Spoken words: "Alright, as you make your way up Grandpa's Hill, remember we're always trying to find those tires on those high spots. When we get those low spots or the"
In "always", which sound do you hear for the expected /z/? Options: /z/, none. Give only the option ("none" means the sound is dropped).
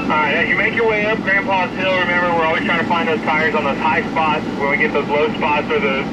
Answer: none